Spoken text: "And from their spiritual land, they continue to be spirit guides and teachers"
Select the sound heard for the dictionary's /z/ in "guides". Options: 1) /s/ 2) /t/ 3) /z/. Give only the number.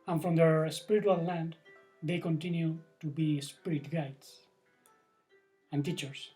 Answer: 1